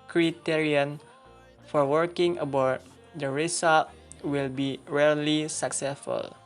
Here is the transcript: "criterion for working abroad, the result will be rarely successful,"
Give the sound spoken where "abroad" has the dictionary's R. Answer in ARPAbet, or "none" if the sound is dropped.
none